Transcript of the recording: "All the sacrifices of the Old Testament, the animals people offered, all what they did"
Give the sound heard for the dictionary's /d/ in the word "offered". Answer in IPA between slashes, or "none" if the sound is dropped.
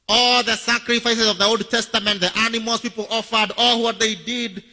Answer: /d/